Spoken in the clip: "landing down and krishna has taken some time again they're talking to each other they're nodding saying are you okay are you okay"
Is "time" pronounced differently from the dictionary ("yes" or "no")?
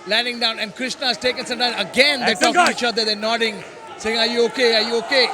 yes